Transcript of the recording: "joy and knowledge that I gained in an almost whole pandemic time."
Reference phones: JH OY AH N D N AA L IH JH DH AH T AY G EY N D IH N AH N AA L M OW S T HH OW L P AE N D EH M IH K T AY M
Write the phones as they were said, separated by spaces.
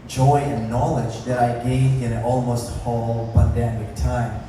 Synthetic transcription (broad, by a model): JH OY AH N N AA L IH JH DH AH T AY G EY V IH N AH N AA L M OW S T HH OW L B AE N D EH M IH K T AY M